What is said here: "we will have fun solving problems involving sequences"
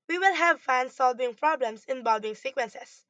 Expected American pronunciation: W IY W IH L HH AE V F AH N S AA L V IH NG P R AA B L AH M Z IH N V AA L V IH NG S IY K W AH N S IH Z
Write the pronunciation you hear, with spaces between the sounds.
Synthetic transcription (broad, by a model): W IY W IH L HH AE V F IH N S AA L V IH NG P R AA B L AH M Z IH N B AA L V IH NG S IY K W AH N S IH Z